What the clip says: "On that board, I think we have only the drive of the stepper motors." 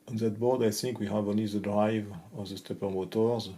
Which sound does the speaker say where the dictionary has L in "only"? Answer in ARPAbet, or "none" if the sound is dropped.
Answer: none